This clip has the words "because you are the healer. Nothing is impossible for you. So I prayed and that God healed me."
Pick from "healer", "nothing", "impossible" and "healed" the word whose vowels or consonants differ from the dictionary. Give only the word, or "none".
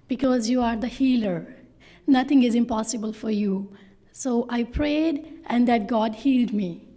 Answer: nothing